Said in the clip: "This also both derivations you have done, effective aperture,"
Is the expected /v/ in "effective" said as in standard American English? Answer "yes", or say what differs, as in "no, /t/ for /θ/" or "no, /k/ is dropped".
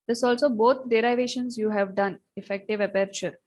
yes